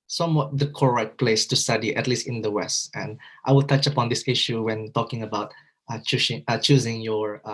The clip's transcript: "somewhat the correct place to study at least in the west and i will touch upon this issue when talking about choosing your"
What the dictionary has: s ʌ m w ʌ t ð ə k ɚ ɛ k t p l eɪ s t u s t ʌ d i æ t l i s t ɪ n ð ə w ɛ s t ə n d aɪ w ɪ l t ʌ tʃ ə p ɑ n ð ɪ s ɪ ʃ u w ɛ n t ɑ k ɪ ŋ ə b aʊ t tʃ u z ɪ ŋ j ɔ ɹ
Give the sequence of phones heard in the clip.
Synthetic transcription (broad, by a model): s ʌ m w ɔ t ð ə k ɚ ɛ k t p l eɪ s t u s t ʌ d i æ t l i s t ɪ n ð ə w ɛ s t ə n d aɪ w ɪ l t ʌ tʃ ə p ɑ n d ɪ s ɪ ʃ u w ɛ n t ɑ k ɪ ŋ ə b aʊ t tʃ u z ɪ ŋ j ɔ ɹ